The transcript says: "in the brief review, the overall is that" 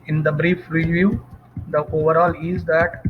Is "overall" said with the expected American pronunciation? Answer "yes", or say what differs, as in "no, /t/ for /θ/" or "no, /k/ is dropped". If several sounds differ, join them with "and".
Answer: yes